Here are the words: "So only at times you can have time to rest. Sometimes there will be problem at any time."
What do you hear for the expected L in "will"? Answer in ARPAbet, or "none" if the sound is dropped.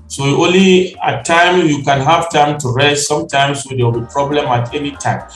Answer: W